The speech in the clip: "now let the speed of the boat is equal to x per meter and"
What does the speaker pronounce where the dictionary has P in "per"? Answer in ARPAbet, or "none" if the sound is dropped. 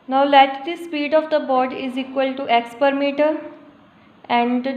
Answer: P